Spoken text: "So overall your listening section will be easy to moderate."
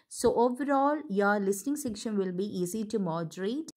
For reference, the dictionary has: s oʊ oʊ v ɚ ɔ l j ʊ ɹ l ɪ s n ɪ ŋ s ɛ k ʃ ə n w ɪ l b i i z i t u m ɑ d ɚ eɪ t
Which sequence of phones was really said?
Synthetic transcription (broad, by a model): s oʊ oʊ v ɚ ɔ l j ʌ ɹ l ɪ s n ɪ ŋ s ɛ k ʃ ə n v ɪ l b i i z i t u m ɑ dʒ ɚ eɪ t